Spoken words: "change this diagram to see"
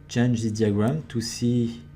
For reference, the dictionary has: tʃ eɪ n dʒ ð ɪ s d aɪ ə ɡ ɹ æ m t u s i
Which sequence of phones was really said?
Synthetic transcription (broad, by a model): tʃ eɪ n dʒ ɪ d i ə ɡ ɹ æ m t u s i